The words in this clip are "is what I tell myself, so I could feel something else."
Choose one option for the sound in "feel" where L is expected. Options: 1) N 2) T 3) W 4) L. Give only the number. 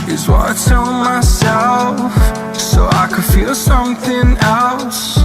4